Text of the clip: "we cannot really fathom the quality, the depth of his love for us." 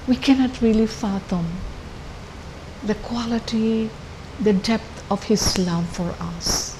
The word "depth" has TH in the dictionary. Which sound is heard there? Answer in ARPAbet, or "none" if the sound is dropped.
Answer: T